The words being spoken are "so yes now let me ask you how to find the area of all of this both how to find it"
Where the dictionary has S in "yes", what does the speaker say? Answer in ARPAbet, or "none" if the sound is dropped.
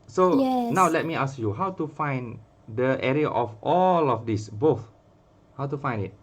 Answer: none